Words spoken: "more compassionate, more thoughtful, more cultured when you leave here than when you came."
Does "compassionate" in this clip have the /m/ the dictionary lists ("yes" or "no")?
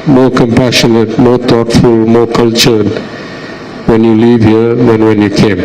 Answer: yes